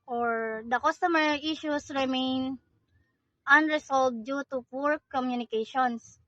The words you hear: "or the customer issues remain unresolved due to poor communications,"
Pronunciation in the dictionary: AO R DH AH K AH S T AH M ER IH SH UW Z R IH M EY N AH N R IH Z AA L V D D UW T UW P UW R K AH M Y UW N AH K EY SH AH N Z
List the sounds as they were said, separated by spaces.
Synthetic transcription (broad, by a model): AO R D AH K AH S T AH M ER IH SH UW S R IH M EY N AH N R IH S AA L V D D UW T UW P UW R K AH M Y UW N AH K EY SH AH N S